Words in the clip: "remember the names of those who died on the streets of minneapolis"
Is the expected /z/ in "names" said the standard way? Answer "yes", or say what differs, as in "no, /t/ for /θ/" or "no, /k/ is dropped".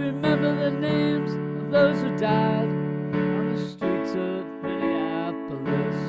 yes